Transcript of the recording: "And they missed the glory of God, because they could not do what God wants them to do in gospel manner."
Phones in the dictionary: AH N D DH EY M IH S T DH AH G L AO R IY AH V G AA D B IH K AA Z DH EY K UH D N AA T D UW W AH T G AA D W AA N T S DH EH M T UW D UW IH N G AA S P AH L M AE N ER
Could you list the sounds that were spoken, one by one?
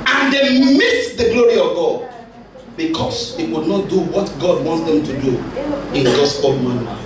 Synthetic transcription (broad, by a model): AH N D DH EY M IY T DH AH G L AO R IY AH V G AA D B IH K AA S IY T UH D N AA T D UW W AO T G AA D W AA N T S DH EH M T UW D UW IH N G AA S AH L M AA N